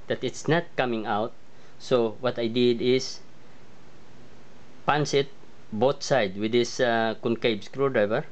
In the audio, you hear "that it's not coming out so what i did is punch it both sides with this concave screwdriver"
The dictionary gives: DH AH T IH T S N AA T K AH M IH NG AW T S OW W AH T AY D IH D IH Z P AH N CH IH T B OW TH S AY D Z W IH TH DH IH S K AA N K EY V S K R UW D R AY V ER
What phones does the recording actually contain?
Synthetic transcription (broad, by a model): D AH T IH T S N AA T K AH M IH NG AW T S OW W AH T AY D IH D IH S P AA N S IH T B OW T S AY D W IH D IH S K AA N K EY B S K R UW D R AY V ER